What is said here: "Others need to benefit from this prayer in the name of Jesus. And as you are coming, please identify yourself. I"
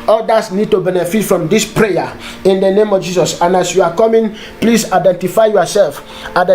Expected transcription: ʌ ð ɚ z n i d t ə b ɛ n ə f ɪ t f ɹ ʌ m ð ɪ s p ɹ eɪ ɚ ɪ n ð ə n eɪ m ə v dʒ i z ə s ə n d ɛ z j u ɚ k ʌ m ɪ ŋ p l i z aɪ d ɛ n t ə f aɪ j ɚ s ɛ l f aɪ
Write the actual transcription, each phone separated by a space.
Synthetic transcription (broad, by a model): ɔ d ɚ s n i d t ə b ɛ n ə f ɪ t f ɹ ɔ m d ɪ s p ɹ eɪ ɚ ɪ n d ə n eɪ m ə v dʒ i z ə s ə n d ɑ s j u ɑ k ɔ m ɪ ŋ p l i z aɪ d ɛ n t ə f aɪ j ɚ s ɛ l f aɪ